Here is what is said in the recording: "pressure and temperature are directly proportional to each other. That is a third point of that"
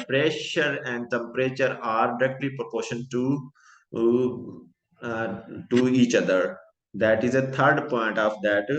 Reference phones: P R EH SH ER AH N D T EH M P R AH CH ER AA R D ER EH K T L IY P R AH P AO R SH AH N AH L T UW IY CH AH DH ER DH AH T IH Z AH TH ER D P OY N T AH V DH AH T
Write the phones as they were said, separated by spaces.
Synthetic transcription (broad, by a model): P R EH SH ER AH N D T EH M P R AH CH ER AA R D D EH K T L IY P R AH P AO R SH AH N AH T UW IY CH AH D ER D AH T IH Z AH T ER D P OY N T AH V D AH T